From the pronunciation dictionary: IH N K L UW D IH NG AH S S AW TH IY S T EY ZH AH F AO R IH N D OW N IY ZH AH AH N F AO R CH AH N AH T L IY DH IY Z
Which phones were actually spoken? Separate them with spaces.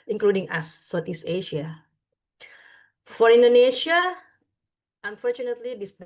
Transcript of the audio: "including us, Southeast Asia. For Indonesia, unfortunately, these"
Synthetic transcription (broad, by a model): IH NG K L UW D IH NG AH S S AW T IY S EY SH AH F AO R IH N D OW N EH SH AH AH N F AO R CH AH N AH T L IY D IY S